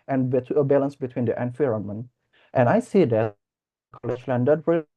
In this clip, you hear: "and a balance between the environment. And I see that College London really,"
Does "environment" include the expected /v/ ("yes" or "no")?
no